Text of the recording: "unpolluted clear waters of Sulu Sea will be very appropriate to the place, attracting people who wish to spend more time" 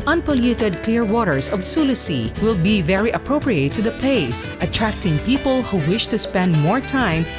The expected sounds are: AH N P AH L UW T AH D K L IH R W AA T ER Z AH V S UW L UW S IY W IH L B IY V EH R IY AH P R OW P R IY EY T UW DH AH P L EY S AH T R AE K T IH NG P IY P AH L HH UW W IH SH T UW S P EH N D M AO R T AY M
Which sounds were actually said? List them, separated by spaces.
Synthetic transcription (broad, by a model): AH N P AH L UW T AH D K L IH R W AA T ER S AH V S UW L UW S IY W IH L B IY V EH R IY AH P R OW P R IY EY T UW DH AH P L EY S AH T R AE K T IH NG P IY P AH L HH UW W IH SH T UW S P EH N D M AO R T AY M